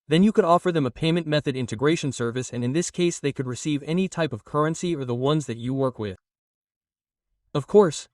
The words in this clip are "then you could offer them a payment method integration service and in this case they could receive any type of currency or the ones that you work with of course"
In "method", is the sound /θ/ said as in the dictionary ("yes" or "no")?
yes